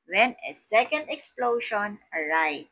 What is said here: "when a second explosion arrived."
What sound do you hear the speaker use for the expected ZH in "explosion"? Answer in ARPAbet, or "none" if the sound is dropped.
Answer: SH